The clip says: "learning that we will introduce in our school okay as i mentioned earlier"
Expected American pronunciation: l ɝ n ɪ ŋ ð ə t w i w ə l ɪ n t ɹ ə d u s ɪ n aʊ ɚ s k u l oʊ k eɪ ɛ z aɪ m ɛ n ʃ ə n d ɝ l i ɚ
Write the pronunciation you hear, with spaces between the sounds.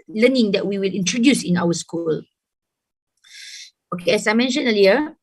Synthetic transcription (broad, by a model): l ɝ n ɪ ŋ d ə t w i w ə l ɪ n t ɹ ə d u s ɪ n aʊ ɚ s k u l oʊ k eɪ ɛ s aɪ m ɛ n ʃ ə n ɝ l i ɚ